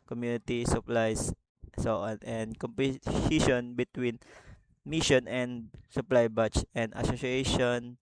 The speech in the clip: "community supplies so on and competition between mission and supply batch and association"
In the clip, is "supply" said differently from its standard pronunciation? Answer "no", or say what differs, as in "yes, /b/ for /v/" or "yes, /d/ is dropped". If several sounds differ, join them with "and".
no